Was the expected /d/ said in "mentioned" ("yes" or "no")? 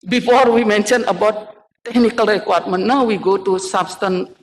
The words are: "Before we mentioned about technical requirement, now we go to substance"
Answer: no